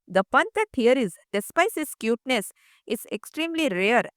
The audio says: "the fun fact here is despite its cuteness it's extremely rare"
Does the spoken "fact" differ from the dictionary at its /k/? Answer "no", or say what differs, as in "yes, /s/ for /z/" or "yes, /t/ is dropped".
yes, /k/ is dropped